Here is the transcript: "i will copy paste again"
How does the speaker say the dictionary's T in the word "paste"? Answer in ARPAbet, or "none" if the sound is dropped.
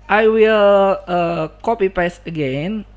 none